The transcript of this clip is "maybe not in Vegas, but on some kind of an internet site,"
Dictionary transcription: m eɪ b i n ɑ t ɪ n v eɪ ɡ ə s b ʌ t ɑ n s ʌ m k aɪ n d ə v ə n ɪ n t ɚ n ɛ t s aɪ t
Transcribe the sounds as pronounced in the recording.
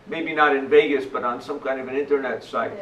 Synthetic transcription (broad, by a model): m eɪ b i n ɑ t ɪ n v eɪ ɡ ə s b ʌ t n s ʌ m k aɪ n d ə v ə n ɪ n t ɚ n ɛ t s aɪ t